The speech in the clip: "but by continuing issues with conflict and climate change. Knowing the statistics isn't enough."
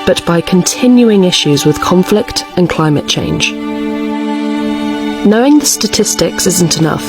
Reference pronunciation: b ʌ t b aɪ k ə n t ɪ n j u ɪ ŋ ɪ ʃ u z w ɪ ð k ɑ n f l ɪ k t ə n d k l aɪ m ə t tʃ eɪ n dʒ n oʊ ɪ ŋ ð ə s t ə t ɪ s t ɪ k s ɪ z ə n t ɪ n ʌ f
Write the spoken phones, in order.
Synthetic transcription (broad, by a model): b ʌ t b aɪ k ə n t ɪ n j u ɪ ŋ ɪ ʃ u z w ɪ ð k ɑ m f l ɪ k t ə n k l aɪ m ə t tʃ eɪ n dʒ n oʊ ɪ ŋ ð ə s t ə t ɪ s t ɪ k s ɪ z ə n t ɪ n ʌ f